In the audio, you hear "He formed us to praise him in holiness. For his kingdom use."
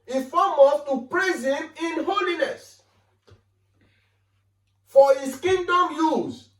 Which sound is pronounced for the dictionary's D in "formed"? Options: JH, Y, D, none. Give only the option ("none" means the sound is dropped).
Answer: none